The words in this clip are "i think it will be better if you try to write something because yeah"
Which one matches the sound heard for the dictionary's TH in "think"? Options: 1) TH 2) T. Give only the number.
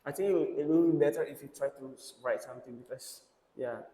2